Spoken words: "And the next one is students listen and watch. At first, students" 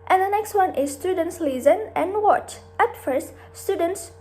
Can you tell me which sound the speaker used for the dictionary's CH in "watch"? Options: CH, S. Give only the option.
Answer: CH